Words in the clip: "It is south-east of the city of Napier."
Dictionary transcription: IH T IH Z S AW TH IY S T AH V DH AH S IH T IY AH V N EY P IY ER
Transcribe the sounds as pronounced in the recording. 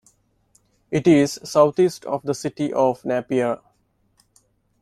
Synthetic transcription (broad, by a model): IH T IH Z S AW T IY S T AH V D AH S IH T IY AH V N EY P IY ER